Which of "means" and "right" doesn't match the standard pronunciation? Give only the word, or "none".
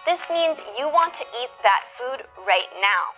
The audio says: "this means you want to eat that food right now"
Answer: none